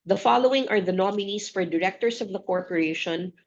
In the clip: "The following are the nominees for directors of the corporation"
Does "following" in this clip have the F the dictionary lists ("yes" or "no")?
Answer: yes